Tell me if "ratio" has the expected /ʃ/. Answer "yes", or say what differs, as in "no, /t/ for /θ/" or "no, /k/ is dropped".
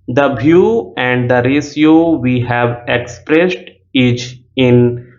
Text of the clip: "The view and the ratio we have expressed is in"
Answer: no, /s/ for /ʃ/